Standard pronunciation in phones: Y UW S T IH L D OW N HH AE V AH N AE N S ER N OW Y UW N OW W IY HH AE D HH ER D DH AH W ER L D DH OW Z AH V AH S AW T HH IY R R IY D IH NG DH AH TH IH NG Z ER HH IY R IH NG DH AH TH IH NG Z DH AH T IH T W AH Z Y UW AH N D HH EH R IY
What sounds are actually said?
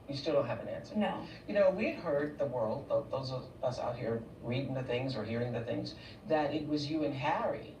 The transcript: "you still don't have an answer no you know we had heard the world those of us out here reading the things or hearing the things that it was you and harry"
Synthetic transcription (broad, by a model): Y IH S T IH L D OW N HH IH V AH N AE N S ER N OW Y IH N OW W IY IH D HH ER D DH AH W ER L D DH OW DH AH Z AH S AW T HH IY R R IY D IH NG DH AH TH IH NG Z ER HH IY R IH NG DH AH TH IH NG Z DH AH T IH T W AH Z Y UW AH N HH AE R IY